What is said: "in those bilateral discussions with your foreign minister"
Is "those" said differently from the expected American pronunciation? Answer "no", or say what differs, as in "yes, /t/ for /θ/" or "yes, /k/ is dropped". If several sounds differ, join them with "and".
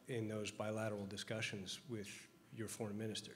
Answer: no